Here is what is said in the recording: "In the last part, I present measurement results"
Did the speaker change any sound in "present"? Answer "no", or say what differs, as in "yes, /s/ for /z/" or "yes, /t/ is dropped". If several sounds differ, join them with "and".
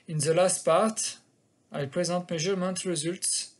yes, /n/ is dropped